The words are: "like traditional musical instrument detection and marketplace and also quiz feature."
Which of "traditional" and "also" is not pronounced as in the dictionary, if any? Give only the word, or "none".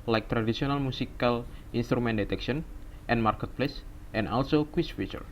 traditional